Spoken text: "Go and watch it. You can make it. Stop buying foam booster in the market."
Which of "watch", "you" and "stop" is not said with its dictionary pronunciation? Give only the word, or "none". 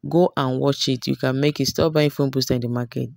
none